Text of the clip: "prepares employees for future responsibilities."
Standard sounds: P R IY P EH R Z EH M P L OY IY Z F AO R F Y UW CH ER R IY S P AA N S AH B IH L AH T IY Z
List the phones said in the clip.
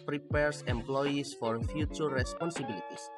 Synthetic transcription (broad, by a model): P R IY P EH R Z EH M P L OY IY S F AO R F Y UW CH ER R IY S P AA N S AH B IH L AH T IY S